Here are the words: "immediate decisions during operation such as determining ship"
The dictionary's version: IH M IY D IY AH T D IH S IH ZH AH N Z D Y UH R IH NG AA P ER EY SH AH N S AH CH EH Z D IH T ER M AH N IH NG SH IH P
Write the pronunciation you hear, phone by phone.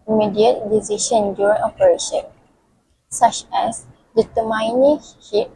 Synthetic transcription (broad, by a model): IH M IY D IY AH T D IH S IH SH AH N D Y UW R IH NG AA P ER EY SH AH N S AH CH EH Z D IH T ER M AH N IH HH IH